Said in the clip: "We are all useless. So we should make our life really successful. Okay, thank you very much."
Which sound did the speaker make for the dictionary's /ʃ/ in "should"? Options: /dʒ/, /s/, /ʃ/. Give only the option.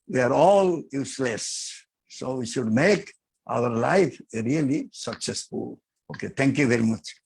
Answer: /ʃ/